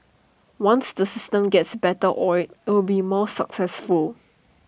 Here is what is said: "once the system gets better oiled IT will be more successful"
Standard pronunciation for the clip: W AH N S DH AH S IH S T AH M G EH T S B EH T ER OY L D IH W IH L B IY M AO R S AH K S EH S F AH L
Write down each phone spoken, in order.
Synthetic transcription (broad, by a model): W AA N S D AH S IH S T AH M G EH T S B EH T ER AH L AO IH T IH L B IY M AO S AH K S EH S F AH L